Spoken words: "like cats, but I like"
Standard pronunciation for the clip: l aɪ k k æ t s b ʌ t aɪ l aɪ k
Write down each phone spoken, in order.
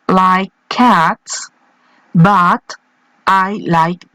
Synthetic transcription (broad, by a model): l aɪ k k æ t s b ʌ t aɪ l aɪ k